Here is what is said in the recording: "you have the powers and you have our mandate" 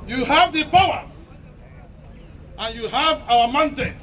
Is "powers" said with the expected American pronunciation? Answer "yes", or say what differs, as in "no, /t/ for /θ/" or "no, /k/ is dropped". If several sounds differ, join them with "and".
no, /z/ is dropped